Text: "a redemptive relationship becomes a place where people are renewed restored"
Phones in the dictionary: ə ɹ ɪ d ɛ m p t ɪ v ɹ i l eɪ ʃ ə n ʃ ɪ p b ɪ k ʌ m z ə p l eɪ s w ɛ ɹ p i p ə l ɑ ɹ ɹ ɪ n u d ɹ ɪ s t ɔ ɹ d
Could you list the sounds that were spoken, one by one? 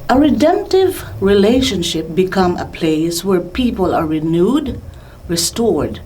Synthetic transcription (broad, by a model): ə ɹ ɪ d ɛ m p t ɪ v ɹ i l eɪ ʃ ə n ʃ ɪ p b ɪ k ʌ m ə p l eɪ s w ɛ ɹ p i p ə l ɑ ɹ ɹ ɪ n u d ɹ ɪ s t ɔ ɹ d